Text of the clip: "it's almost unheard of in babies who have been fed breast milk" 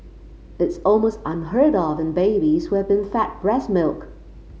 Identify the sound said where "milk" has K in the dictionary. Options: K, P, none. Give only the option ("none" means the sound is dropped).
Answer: K